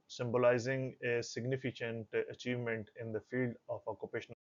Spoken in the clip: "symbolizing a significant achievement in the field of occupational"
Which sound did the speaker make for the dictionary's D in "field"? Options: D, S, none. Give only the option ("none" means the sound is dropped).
D